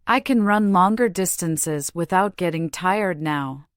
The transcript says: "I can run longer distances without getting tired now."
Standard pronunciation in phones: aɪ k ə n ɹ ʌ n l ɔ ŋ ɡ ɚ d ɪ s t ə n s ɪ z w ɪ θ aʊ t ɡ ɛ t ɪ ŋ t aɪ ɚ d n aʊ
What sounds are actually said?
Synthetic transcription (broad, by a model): aɪ k ə n ɹ ʌ n l ɔ ŋ ɡ ɚ d ɪ s t ə n s ɪ z w ɪ θ aʊ t ɡ ɛ t ɪ ŋ t aɪ ɚ d n aʊ